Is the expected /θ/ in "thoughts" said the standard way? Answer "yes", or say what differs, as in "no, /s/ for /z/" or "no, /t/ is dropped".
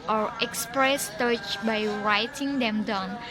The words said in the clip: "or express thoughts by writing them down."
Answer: no, /t/ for /θ/